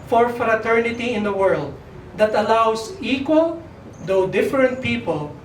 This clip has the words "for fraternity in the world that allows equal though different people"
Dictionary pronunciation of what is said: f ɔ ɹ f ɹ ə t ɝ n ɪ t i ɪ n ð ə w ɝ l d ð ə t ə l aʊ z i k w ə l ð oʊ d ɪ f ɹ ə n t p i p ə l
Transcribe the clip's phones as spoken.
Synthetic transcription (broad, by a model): f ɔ ɹ f ɹ ə t ɝ n ɪ t i ɪ n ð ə w ɝ l d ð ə t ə l aʊ s i k w ə l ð oʊ d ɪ f ɹ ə n t p i p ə l